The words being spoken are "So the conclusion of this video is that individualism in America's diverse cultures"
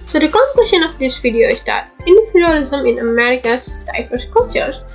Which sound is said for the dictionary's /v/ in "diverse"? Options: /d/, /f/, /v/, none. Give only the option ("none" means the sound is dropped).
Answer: /f/